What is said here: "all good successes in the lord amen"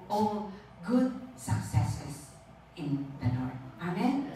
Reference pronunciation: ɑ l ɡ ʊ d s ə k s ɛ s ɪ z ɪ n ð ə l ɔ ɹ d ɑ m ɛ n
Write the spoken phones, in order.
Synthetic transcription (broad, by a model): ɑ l ɡ ʊ d s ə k s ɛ s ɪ s ɪ n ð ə n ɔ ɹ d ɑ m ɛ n